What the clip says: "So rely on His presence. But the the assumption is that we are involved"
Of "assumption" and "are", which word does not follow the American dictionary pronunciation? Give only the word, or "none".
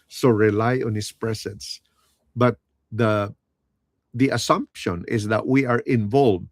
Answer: none